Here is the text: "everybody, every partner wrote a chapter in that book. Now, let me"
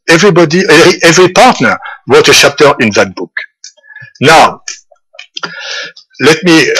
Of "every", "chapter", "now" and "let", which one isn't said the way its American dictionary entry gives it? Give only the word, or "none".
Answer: chapter